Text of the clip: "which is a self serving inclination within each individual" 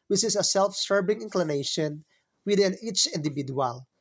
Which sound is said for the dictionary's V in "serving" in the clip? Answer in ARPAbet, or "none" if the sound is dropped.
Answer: B